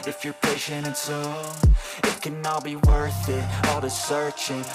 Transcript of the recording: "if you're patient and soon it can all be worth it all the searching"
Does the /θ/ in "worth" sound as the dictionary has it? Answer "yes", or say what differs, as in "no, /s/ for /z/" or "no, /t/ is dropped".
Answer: yes